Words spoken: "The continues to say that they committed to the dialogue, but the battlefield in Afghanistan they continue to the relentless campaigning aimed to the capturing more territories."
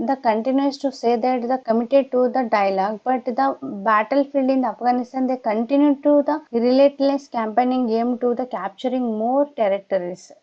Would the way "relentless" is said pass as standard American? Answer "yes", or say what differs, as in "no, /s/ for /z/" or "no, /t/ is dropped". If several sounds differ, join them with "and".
no, /n/ is dropped